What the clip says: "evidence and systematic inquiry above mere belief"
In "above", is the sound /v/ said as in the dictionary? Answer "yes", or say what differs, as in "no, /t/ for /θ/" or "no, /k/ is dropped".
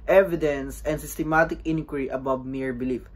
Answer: no, /b/ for /v/